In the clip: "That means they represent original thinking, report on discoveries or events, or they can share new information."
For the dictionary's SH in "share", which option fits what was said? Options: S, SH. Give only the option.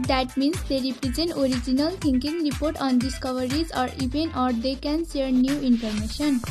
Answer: S